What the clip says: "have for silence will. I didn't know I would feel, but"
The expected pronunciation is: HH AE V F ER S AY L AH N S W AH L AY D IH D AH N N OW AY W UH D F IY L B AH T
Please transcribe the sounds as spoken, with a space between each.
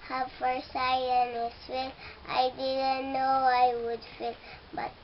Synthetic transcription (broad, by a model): HH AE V F ER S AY AH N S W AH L AY D IH D AH N N OW AY W UH D F IY L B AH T